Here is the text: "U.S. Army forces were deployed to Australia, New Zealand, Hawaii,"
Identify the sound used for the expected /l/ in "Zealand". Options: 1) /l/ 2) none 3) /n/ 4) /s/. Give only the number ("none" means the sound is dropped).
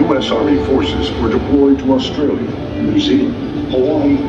2